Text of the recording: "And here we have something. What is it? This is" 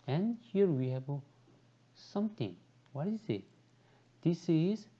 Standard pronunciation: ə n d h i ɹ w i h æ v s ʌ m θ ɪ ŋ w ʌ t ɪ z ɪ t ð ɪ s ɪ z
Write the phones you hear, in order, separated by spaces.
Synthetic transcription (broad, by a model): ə n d h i ɹ w i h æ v s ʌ m t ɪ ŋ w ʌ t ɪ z ɪ t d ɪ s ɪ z